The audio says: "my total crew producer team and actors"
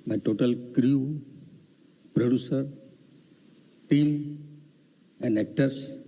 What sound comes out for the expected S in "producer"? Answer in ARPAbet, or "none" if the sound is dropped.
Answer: S